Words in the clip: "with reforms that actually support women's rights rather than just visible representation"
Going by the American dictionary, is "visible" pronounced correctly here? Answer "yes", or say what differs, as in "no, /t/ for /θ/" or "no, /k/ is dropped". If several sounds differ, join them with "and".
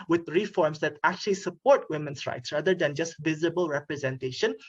yes